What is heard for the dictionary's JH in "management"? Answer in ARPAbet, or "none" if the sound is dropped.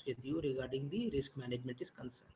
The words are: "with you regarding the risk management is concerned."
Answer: JH